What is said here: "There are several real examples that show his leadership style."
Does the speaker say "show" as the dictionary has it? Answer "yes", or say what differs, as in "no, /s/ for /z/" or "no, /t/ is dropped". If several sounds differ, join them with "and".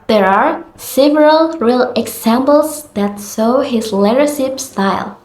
no, /s/ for /ʃ/